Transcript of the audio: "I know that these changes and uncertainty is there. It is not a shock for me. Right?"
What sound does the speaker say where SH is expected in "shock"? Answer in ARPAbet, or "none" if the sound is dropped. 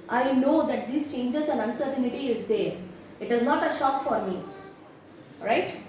SH